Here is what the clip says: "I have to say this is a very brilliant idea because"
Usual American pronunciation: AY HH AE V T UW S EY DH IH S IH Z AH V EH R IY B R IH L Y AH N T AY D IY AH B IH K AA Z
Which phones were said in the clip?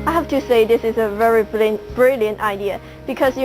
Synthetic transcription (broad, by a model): AY HH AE F T UW S EY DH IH S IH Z AH V EH R IY B R IH L Y AH N T AY D IY AH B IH K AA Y